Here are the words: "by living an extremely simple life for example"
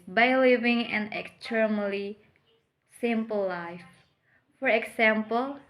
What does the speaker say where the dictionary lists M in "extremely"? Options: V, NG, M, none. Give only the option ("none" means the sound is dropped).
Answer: none